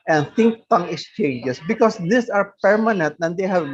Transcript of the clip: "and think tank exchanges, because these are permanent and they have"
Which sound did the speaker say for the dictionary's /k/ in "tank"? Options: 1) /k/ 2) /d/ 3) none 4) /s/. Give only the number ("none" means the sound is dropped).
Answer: 3